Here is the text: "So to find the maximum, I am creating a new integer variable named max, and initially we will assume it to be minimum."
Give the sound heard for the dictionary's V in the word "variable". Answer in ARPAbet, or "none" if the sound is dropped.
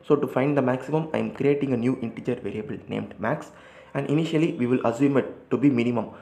V